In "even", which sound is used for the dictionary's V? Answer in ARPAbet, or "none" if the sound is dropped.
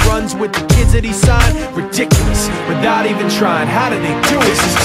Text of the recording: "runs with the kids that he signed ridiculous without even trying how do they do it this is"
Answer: V